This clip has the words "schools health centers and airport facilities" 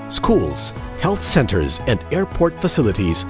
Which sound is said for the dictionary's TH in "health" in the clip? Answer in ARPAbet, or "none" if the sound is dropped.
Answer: TH